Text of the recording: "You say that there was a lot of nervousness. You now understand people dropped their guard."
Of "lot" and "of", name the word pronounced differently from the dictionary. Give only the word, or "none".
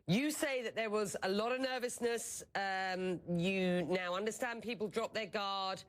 none